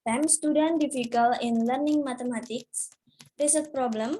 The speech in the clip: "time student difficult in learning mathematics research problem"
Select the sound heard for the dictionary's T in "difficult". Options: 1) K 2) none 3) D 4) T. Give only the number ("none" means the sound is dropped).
2